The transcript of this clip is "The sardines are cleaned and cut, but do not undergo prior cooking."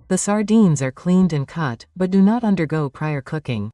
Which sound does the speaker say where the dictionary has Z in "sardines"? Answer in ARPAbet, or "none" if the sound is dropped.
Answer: Z